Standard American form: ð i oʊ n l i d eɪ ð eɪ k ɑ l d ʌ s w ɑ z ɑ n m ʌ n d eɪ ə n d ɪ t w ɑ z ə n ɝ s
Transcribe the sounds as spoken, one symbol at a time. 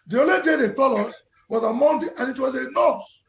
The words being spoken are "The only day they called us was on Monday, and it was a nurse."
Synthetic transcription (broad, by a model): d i oʊ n l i d eɪ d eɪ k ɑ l ɔ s w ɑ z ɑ m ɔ n d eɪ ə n ɪ t w ɑ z ə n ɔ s